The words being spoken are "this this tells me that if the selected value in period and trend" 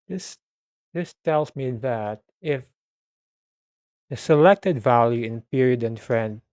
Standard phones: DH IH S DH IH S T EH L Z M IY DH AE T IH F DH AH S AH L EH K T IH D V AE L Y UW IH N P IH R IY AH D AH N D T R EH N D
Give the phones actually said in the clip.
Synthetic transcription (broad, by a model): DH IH S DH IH S T EH L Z M IY DH AE T IH F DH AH S AH L EH K T IH D V AE L Y UW IH N P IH R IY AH D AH N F R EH N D